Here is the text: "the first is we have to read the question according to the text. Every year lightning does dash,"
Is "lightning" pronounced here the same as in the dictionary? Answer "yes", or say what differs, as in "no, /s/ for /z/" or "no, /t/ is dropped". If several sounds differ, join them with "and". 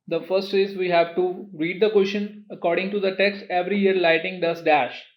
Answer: no, /n/ is dropped